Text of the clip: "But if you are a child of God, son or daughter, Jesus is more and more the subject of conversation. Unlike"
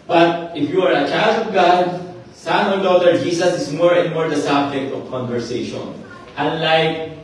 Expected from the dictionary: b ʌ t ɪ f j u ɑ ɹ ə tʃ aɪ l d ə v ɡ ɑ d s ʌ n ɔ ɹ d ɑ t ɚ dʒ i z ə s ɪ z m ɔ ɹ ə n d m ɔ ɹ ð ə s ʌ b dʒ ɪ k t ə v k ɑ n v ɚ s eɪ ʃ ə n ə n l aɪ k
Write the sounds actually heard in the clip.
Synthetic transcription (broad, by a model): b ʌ t ɪ f j u ɑ ɹ ə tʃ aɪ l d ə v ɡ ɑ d s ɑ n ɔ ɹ d ɑ t ɚ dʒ i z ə s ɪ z m ɔ ɹ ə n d m ɔ ɹ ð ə s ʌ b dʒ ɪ k t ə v k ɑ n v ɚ s eɪ ʃ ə n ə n l aɪ k